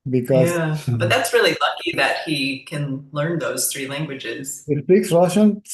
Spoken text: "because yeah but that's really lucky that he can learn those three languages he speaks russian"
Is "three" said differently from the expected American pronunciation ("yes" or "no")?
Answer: no